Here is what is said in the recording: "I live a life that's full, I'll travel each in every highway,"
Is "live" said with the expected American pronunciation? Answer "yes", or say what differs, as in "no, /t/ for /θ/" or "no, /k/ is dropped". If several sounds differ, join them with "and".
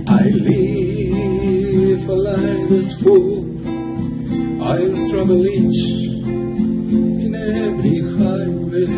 no, /f/ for /v/